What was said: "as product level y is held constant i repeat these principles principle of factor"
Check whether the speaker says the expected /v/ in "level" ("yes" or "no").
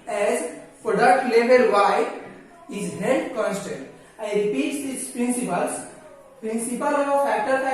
no